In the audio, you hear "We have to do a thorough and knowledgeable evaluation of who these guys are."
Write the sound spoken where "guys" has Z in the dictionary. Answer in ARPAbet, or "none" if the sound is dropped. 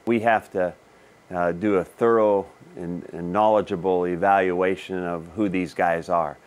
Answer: Z